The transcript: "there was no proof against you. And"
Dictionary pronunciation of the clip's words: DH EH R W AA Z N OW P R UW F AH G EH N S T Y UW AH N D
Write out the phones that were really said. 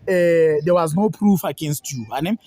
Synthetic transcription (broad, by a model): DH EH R W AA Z N OW P R UW F AH G EH N S T Y UW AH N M